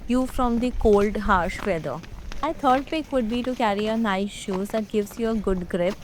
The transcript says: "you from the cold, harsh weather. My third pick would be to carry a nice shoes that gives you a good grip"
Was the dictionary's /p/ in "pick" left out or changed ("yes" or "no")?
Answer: yes